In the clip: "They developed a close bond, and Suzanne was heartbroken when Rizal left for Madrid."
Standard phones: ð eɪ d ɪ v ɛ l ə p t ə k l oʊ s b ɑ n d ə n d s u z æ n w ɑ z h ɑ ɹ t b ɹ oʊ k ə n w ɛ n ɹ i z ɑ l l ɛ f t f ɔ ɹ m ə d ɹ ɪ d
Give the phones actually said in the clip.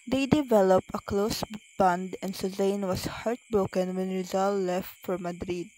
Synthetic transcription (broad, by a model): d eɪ d ɪ v ɛ l ə p t ə k l oʊ s b ɑ n d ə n s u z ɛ n w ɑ s h ɑ ɹ t b ɹ oʊ k ə n w ɛ n ɹ i z ɑ l l ɛ f t f ɔ ɹ m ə d ɹ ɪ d